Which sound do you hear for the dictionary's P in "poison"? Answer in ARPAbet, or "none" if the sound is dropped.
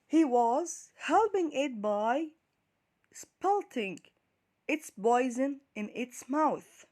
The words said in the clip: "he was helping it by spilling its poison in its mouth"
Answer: B